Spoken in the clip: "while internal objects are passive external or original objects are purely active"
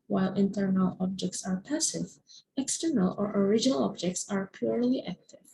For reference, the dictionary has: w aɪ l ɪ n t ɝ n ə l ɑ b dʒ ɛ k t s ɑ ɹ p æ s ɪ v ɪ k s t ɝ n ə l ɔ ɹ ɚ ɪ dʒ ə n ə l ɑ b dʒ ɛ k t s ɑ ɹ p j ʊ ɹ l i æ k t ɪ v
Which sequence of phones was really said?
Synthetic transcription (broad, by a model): w aɪ l ɪ n t ɝ n ə l ɑ b dʒ ɛ k t s ɑ ɹ p æ s ɪ v ɪ k s t ɝ n ə l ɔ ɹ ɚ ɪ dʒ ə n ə l ɑ b dʒ ɛ k t s ɑ ɹ p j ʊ ɹ l i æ k t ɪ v